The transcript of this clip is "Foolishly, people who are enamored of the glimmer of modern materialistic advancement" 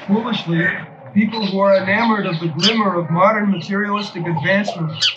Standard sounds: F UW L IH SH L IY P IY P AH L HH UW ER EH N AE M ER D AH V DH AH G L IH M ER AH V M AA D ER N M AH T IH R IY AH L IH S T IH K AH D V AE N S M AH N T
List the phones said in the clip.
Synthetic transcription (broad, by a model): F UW L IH SH L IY P IY P L HH UW ER EH N AE M ER D AH V DH AH G L IH M ER AH V M AA D ER N M AH T IH R IY AH L IH S T IH K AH D V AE N S M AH N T